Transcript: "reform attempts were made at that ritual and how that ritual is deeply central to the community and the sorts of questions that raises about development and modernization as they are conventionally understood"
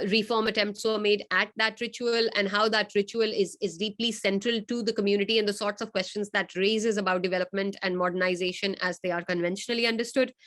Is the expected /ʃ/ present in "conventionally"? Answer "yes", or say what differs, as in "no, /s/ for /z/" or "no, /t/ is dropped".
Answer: yes